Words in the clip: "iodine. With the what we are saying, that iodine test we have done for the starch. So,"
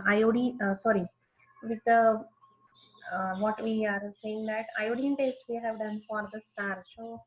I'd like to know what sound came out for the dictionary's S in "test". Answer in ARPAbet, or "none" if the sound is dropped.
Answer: S